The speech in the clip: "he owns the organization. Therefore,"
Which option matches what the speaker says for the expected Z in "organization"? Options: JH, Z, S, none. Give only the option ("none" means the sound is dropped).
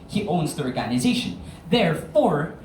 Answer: Z